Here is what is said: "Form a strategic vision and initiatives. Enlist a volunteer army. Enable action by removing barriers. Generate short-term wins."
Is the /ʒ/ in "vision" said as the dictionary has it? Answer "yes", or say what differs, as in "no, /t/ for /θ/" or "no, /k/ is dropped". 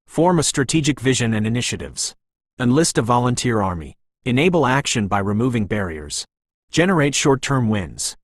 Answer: yes